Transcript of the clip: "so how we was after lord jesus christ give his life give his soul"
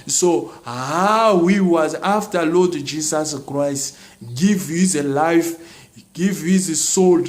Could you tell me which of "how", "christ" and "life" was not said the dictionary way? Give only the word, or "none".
none